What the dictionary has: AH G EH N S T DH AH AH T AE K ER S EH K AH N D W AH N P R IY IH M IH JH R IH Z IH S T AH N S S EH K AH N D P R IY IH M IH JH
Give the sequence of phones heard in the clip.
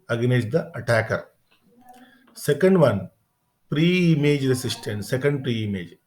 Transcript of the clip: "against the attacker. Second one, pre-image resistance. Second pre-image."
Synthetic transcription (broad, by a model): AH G N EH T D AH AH T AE K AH S EH K AH N D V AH N P R IY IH M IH JH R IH S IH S T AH N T S EH K AH N D P R IY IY M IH JH